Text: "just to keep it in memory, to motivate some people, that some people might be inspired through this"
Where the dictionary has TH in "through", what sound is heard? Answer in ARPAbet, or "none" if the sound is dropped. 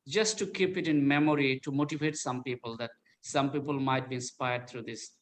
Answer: T